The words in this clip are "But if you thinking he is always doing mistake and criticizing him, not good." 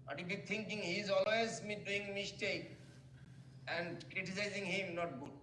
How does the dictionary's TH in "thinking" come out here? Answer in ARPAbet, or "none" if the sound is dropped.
T